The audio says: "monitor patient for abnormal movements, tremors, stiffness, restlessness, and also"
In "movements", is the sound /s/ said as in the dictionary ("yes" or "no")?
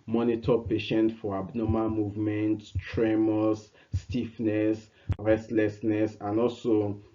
no